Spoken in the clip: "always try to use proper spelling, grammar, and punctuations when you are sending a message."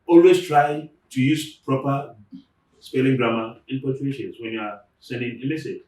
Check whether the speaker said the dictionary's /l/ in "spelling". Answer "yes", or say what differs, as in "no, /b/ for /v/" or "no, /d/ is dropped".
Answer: yes